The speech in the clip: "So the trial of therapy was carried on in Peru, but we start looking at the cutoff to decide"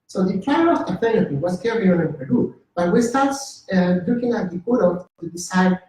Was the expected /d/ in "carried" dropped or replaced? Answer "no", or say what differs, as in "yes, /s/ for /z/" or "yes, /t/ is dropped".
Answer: yes, /d/ is dropped